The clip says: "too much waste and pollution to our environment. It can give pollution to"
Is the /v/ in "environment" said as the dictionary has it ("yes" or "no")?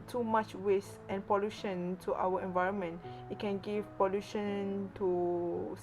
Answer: yes